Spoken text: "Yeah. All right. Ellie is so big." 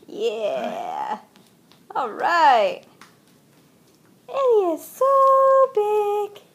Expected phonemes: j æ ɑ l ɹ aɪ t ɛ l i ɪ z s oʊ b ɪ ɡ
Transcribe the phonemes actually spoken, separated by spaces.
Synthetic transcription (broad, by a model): j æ ɑ l ɹ aɪ t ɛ n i ɪ z s oʊ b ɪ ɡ